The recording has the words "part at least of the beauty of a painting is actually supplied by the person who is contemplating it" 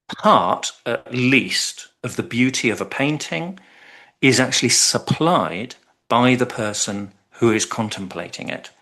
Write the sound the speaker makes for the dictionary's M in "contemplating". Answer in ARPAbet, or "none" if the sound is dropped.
M